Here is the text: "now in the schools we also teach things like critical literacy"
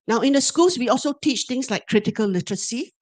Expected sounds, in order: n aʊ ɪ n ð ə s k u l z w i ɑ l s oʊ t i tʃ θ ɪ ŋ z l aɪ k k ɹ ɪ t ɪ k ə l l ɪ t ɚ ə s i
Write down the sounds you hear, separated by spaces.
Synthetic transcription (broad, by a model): n aʊ ɪ n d ə s k u l s w i ɑ l s oʊ t i tʃ t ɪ ŋ s l aɪ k k ɹ ɪ t ɪ k ə l l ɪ t ɚ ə s i